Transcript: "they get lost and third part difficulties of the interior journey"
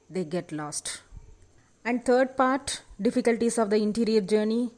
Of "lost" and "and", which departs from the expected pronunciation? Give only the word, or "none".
none